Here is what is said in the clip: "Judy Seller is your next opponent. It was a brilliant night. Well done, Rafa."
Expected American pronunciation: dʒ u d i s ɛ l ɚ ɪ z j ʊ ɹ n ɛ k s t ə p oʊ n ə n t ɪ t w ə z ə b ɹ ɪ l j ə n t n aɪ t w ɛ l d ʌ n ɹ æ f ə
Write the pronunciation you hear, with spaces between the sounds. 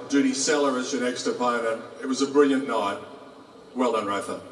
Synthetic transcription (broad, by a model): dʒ u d i s ɛ l ɚ ɪ z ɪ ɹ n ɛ k s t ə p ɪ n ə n ɪ t w ə z ə b ɹ ɪ l j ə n n aɪ t w ɛ l d ʌ n ɹ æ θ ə